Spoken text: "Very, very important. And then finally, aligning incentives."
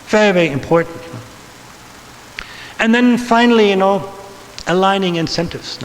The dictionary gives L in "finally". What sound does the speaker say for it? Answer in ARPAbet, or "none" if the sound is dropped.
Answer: N